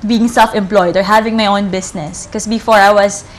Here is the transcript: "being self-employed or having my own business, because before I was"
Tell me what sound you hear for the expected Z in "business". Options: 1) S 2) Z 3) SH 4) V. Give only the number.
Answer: 1